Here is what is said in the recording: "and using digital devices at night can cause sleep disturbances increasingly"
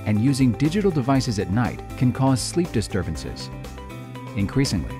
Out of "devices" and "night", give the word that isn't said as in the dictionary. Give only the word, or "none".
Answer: none